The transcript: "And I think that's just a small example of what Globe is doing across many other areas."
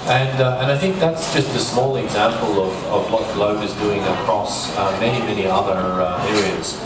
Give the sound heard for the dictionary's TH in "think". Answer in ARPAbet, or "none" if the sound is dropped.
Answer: TH